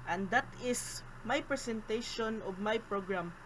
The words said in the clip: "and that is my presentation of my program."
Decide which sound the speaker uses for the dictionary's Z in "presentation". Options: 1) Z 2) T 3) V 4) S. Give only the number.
4